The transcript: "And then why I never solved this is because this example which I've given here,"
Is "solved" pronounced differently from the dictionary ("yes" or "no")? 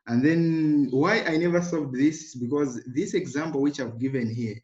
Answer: yes